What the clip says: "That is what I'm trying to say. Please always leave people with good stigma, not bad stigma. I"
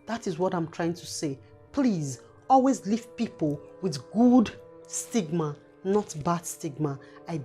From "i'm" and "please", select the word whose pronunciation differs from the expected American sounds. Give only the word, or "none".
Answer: none